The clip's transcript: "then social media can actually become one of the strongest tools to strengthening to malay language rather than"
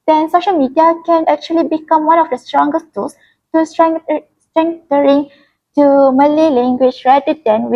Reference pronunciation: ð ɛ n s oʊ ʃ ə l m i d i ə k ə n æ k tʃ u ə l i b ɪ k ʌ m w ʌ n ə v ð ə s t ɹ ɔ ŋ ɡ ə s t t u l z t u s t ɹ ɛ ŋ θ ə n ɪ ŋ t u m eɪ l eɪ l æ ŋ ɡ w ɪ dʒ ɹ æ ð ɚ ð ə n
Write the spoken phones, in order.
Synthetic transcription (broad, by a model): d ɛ n s oʊ ʃ ə l m i d i ə k ə n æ k tʃ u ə l i b ɪ k ʌ m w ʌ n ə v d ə s t ɹ ɔ ŋ ɡ ə s t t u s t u s t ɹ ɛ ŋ t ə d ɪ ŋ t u m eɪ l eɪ l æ ŋ ɡ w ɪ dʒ ɹ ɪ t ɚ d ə n